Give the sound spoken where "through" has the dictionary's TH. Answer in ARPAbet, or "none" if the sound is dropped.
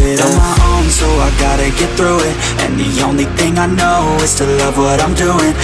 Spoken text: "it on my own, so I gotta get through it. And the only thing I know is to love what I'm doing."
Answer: TH